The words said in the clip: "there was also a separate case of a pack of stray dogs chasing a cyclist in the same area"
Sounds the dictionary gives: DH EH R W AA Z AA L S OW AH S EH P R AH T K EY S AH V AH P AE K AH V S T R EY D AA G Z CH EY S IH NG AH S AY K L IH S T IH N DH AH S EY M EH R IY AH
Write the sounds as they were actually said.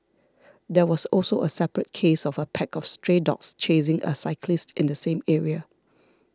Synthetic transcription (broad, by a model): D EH W AA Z AA L S OW AH S EH P R AH T K EY S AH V AH P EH K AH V S T R EY D AA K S CH EY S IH NG AH S AY K L IH S T IH N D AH S EY M EH R IY AH